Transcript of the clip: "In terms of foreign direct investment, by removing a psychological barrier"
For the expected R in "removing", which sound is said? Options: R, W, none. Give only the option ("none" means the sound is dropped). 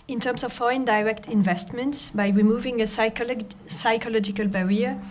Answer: R